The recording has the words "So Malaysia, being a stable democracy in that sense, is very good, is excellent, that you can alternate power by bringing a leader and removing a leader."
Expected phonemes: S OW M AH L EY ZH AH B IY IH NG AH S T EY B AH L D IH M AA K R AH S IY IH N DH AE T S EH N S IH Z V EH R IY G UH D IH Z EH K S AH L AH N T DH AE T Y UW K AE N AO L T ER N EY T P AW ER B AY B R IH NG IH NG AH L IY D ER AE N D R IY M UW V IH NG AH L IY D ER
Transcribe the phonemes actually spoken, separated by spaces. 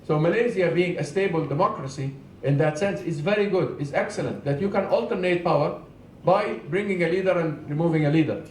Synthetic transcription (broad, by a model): S OW M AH L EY Z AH B IY IH NG AH S T EY B AH L D IH M AA K R AH S IY IH N DH AE T S EH N S IH Z V EH R IY G UH D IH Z EH K S AH L AH N T DH AE T Y UW K AE N AO L T ER N EY T P AW ER B AY B R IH NG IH NG AH L IY D ER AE N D R IY M UW V IH NG AH L IY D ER